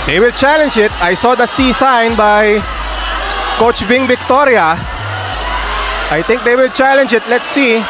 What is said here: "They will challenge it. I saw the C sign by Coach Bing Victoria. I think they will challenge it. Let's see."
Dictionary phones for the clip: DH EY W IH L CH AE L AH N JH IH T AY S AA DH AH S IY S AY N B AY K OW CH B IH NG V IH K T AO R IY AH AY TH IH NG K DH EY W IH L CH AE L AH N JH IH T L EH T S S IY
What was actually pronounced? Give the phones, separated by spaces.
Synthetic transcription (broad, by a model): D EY W IH L CH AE L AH N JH IH T AY S AA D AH S IY S AY N B AY K OW CH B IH NG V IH K T AO R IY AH AY T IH NG K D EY W IH L CH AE L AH N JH IH T L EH T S S IY